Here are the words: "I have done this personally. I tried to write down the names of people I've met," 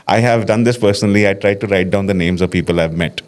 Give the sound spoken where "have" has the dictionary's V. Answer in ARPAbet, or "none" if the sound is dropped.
V